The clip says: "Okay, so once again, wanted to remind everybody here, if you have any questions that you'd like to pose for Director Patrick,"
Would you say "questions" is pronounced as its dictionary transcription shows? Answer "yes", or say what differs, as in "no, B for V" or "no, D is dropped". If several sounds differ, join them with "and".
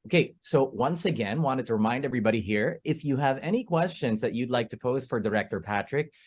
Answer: yes